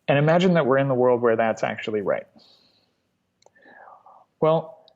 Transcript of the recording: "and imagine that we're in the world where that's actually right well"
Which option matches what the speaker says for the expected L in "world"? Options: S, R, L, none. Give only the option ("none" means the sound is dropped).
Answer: L